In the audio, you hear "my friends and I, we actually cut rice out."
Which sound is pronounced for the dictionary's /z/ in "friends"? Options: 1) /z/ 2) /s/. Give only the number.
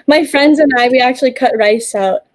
1